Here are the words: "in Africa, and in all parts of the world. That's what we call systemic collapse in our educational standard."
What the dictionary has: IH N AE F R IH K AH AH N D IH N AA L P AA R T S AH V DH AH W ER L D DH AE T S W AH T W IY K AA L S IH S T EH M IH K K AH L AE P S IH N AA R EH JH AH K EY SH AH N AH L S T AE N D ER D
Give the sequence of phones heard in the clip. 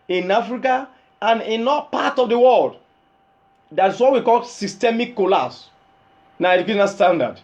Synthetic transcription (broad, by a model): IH N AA F R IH K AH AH N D IH N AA P AA T AH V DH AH W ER L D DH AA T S W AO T W IY K AA L S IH S T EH M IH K K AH L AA S N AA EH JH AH K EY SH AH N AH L S T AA N D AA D